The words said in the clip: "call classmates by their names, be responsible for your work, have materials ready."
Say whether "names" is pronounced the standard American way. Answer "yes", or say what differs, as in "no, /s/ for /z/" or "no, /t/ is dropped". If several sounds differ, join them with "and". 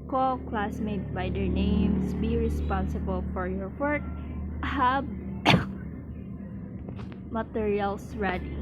no, /s/ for /z/